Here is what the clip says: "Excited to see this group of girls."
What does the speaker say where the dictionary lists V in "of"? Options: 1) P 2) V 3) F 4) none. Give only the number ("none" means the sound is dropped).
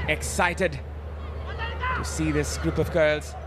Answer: 2